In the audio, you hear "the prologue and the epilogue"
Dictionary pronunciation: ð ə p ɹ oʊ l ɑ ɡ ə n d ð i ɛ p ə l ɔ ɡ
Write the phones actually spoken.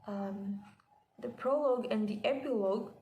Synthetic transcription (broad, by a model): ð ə p ɹ oʊ l ɑ ɡ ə n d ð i ɛ p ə l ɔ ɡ